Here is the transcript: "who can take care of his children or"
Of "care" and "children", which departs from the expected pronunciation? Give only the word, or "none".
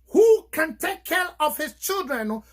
none